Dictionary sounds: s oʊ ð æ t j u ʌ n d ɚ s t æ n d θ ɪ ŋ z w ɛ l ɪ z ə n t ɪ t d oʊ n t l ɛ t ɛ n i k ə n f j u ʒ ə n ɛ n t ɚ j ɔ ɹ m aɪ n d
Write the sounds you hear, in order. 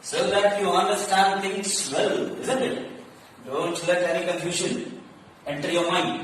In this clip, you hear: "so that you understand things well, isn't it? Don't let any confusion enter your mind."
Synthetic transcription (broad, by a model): s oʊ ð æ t j u ʌ n d ɚ s t æ n d t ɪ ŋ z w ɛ l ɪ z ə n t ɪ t d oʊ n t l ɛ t ɛ n i k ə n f j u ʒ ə n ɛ n t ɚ j ɔ ɹ m aɪ n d